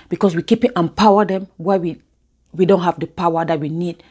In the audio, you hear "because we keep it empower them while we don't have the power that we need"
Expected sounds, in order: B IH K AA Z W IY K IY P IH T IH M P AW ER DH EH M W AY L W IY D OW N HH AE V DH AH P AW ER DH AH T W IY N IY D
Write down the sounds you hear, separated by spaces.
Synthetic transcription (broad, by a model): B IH K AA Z W IY K IY P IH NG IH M P AW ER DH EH M W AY W W IY D OW N HH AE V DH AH P AW ER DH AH T W IY N IY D